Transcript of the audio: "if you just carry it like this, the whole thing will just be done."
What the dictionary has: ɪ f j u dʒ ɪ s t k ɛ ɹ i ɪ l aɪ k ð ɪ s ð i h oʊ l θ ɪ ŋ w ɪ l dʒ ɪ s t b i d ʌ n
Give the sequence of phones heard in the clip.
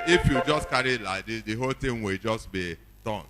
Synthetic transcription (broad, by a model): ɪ f j u dʒ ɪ s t k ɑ ɹ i l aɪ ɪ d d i h oʊ l t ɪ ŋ w ɪ l dʒ ɪ s t b i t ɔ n